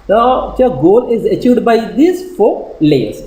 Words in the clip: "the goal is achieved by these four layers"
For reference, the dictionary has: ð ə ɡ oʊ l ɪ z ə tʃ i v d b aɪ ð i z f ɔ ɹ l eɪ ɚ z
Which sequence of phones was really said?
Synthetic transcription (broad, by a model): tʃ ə ɡ oʊ l ɪ z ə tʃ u d b aɪ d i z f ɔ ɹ l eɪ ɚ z